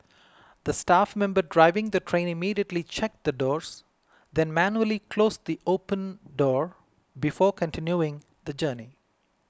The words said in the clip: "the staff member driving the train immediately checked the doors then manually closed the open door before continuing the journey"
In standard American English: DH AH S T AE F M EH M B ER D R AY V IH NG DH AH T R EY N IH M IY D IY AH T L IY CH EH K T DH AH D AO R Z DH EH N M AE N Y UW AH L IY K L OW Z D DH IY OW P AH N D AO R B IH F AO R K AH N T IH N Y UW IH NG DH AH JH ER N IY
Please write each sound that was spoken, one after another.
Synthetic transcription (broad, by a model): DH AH S T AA F M EH M B ER D R AY V IH NG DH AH T R EY N IH M IY D IY AH T L IY CH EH K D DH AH D AO R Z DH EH N M AE N Y UW AH L IY K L OW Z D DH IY OW P AH N D AO R B IH F AO R K AH N T IH N Y UW IH NG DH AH JH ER N IY